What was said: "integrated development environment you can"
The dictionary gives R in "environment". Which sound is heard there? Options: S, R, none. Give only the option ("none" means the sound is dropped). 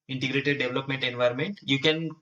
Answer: R